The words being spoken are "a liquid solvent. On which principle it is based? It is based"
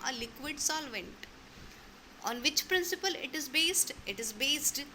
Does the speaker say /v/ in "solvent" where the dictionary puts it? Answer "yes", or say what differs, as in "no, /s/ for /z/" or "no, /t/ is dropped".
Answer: yes